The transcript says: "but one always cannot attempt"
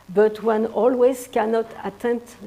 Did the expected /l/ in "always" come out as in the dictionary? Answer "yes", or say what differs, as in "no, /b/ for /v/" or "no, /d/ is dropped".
yes